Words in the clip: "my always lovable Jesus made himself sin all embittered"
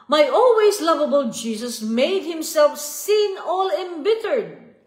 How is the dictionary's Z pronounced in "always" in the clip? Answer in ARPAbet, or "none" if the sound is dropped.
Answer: S